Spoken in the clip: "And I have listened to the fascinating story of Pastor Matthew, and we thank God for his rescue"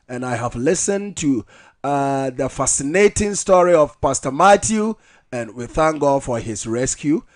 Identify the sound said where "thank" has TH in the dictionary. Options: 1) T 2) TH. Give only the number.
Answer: 2